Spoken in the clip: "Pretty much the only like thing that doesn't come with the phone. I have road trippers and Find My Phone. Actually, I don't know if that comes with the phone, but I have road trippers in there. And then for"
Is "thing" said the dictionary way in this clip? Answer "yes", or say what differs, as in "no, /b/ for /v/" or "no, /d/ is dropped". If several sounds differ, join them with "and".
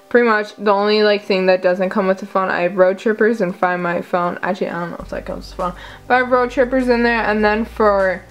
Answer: yes